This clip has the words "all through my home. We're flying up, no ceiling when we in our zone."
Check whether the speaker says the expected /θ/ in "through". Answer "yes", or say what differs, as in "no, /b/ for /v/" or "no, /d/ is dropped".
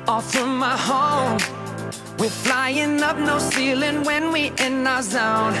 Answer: no, /f/ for /θ/